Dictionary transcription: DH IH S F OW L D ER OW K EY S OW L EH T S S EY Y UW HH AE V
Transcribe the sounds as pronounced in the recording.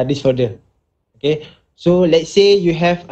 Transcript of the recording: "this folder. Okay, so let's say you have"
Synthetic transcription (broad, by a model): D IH S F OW D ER OW K EY S OW L EH T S S EY Y UW HH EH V